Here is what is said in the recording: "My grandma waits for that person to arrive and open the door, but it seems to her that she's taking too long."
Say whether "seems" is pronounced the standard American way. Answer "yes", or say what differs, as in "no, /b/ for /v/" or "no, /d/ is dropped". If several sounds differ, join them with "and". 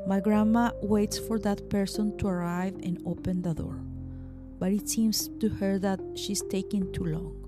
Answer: no, /s/ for /z/